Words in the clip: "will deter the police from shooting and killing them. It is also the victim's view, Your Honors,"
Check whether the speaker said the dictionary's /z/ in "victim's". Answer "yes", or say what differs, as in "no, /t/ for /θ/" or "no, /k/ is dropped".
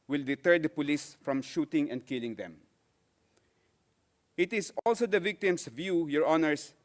no, /s/ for /z/